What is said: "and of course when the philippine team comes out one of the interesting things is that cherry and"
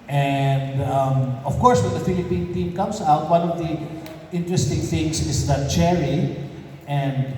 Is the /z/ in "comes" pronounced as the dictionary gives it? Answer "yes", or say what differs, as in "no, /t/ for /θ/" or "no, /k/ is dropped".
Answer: no, /s/ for /z/